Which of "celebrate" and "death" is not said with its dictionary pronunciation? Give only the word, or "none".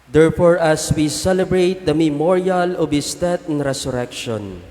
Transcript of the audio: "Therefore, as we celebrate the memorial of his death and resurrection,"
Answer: death